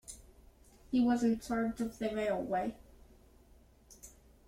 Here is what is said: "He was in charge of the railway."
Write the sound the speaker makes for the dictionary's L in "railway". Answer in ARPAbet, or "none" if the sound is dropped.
L